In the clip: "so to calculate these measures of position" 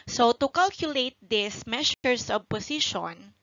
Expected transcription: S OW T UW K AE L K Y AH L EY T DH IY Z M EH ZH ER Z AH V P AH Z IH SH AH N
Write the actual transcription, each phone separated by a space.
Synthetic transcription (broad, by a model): S OW T UW K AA L K Y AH L EY T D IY S M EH SH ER S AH B P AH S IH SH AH N